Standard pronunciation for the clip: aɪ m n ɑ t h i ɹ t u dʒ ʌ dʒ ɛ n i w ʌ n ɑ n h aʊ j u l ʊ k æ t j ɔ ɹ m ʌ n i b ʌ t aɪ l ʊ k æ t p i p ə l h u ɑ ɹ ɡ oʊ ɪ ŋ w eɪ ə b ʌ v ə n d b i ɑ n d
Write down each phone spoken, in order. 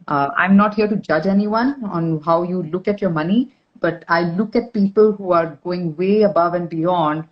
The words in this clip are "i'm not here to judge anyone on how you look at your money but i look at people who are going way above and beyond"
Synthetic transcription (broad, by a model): aɪ m n ɑ t h i ɹ t u dʒ ʌ dʒ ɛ n i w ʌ n ɑ n h aʊ j u l ʊ k æ t j ɔ ɹ m ʌ n i b ʌ t aɪ l ʊ k æ t p i p ə l h u ɑ ɹ ɡ oʊ ɪ ŋ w eɪ ə b ʌ v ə n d b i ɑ n d